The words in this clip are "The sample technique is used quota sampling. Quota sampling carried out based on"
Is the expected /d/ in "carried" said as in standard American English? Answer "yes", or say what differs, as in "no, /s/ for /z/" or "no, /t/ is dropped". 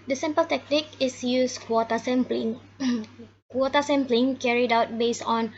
yes